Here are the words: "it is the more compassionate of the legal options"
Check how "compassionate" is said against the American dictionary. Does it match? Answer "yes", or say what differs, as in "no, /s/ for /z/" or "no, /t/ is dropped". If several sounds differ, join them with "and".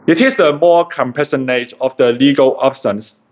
no, /s/ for /ʃ/